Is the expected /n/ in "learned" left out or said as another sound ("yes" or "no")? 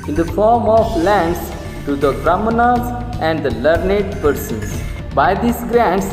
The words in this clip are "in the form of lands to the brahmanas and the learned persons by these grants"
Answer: no